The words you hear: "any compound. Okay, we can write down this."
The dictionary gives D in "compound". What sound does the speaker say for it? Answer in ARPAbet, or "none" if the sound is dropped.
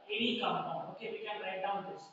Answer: none